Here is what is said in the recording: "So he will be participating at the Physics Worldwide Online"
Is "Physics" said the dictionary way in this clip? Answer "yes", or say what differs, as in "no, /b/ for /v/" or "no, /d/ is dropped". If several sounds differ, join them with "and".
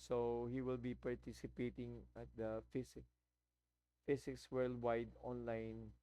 no, /s/ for /z/